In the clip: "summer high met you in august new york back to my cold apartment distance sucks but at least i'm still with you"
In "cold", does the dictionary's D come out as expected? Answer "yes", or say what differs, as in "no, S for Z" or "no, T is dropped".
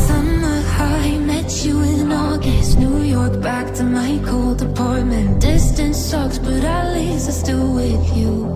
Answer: yes